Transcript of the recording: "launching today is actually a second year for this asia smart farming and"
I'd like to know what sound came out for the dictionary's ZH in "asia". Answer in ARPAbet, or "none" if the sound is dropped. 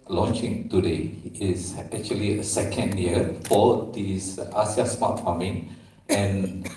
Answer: S